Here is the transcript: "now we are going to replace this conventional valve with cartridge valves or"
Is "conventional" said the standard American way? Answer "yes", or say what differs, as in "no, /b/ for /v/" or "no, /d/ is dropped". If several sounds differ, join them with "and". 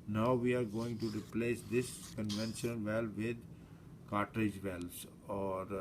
no, /n/ is dropped and /n/ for /l/